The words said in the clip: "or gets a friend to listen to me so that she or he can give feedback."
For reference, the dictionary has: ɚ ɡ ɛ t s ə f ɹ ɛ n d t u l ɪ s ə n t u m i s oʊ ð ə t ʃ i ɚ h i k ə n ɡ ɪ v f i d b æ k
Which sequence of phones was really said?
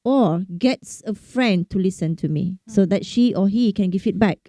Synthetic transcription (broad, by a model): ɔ ɡ ɛ t s ə f ɹ ɛ n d t u l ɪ s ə n t u m i s oʊ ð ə t ʃ i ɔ h i k ə n ɡ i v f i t b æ k